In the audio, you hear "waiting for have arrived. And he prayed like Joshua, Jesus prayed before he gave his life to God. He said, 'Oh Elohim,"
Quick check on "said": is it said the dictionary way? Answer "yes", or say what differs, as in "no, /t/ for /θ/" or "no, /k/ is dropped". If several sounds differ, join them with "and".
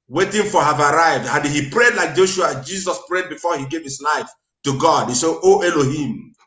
no, /d/ is dropped